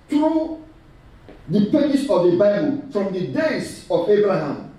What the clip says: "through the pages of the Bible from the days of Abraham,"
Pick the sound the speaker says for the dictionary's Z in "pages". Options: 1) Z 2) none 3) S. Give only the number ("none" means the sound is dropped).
3